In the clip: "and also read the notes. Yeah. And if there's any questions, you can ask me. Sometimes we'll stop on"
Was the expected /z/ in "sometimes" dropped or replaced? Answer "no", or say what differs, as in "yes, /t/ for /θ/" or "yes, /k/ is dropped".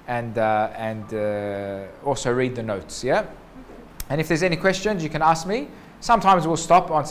no